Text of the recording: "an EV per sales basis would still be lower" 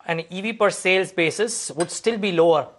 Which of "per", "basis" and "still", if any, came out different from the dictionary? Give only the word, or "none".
none